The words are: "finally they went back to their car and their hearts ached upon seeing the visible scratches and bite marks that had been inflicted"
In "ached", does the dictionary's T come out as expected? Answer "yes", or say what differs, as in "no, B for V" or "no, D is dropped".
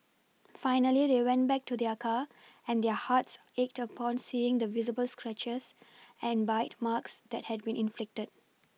yes